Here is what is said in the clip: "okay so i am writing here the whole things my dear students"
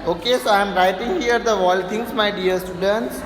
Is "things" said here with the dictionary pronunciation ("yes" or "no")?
no